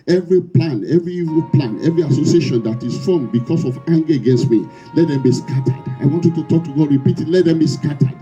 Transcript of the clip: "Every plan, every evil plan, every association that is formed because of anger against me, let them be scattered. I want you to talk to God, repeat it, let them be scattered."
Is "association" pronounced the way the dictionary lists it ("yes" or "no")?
yes